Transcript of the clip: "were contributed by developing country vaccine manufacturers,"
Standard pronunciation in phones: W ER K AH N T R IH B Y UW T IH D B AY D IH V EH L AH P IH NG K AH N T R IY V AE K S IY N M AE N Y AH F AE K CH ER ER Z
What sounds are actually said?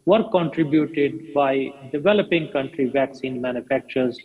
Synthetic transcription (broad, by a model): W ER K AH N T R IH B Y UW T IH D B AY D IH V EH L AH P IH NG K AH N T R IY V AE K S IY N M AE N Y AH F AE K CH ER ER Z